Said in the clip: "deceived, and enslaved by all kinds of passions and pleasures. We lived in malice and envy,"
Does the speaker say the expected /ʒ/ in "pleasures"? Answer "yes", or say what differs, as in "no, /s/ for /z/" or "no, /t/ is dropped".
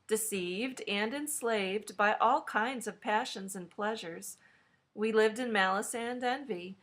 yes